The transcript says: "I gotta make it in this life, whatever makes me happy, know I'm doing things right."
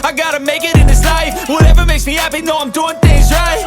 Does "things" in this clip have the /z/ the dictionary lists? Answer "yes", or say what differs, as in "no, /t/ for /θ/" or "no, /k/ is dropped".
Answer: yes